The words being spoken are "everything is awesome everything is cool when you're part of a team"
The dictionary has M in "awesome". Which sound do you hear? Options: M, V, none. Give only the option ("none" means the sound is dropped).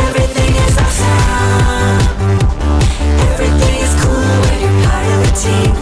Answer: none